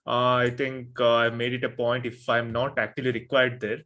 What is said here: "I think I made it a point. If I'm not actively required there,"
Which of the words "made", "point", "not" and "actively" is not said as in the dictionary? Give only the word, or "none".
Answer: actively